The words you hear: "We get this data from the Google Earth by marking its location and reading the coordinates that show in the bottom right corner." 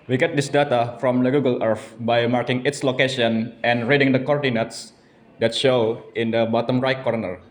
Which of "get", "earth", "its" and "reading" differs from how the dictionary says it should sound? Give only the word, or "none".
earth